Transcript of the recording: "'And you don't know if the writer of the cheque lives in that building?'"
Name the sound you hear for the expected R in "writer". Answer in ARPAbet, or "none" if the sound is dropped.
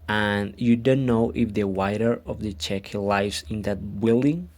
W